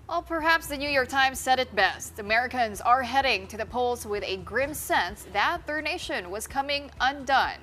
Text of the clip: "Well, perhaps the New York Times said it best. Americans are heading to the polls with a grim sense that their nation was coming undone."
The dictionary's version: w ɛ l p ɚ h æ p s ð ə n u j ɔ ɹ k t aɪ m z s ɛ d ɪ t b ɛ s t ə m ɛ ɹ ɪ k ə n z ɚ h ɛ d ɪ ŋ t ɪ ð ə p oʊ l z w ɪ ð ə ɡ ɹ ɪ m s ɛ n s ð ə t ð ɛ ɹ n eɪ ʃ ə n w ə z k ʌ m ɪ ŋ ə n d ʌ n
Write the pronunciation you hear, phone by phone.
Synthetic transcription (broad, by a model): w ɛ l p ɚ h æ p s ð ə n u j ɔ ɹ k t aɪ m z s ɛ d ɪ t b ɛ s t ə m ɛ ɹ ɪ k ə n z ɚ h ɛ d ɪ ŋ t ɪ ð ə p oʊ l z w ɪ ð ə ɡ ɹ ɪ m s ɛ n s ð ə t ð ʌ ɹ n eɪ ʃ ə n w ə z k ʌ m ɪ ŋ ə n d ʌ n